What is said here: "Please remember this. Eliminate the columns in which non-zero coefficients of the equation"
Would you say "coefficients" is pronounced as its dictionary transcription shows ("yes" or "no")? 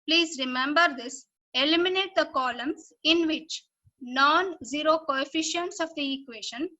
yes